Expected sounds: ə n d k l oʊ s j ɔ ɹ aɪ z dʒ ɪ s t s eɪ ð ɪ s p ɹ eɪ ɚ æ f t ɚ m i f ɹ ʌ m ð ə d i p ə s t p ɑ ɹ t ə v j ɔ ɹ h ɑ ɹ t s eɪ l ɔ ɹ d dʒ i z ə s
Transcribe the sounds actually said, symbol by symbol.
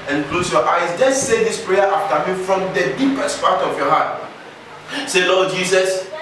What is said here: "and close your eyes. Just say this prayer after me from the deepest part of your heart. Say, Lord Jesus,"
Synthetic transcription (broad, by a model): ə n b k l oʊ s j ɔ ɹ aɪ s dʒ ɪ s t s eɪ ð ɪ s p ɹ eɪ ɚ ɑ f t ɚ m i f ɹ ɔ m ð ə d i p ə s t p ɑ t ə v j ɔ h ɑ t s eɪ l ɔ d dʒ i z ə s